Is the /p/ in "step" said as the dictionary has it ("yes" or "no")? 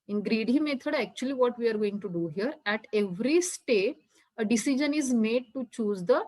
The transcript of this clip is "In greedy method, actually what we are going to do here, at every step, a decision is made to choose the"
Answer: no